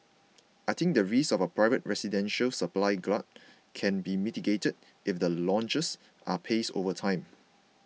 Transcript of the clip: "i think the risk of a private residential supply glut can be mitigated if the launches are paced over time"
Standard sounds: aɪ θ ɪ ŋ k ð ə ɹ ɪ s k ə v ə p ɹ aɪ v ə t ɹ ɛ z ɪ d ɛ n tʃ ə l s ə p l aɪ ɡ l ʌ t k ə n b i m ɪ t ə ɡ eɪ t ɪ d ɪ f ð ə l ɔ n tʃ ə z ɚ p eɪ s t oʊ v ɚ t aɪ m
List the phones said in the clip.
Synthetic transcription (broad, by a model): aɪ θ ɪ ŋ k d ə ɹ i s ə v ə p ɹ aɪ v ə t ɹ ɛ s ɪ d ɛ n ʃ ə l s ə p l aɪ ɡ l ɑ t k ə n b i m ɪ t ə ɡ eɪ t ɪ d ɪ f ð ə l ɔ n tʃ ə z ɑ p eɪ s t oʊ v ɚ t aɪ m